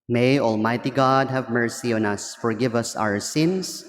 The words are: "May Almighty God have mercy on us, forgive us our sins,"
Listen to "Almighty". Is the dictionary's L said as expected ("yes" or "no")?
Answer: yes